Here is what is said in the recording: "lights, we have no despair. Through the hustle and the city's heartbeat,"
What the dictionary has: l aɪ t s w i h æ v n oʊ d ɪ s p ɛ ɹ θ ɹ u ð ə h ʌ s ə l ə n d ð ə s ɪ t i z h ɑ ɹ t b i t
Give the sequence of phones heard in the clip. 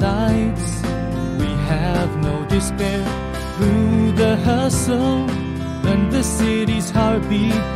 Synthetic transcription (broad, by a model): aɪ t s w i h æ v n oʊ d ɪ s p ɛ ɹ θ ɹ u ð ə h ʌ s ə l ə n ð ə s ɪ t i z h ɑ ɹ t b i